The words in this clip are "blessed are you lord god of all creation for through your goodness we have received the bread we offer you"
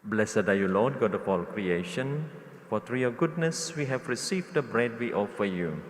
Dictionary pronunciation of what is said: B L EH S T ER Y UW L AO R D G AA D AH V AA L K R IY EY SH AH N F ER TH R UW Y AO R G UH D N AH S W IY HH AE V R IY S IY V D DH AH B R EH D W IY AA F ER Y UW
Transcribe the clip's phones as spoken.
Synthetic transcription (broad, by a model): B L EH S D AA Y UW L AO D G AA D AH P AA L K R IY EY SH AH N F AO T R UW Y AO G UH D N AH S W IY HH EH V R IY S IY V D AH B R EH D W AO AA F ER Y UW